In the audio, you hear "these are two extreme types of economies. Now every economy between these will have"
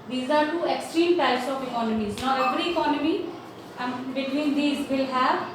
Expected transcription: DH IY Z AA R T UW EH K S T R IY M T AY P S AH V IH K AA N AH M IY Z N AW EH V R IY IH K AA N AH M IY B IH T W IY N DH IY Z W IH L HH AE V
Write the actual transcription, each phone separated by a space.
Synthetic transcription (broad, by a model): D IY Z AA R T UW EH K S T R IY M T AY S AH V IH K AA N AH M IY Z N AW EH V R IY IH K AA N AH M IY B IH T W IY N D IY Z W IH L HH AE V